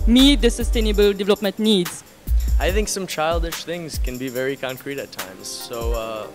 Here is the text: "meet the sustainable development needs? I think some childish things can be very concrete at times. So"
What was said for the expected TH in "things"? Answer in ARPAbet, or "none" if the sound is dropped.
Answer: TH